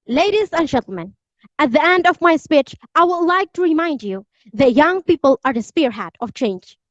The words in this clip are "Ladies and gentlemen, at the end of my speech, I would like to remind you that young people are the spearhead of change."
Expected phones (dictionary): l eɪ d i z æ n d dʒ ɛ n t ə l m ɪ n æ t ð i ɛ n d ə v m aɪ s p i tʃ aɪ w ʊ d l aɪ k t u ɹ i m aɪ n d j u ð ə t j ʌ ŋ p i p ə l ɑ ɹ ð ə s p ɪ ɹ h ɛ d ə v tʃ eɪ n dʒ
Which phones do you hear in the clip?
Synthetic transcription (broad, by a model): l eɪ d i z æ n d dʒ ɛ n t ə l m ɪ n æ t ð i ɛ n d ə v m aɪ s p i tʃ aɪ w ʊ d l aɪ k t u ɹ i m aɪ n d j u ð ə t j ʌ ŋ p i p ə l ɑ ɹ ð ə s p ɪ ɹ h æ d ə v tʃ eɪ n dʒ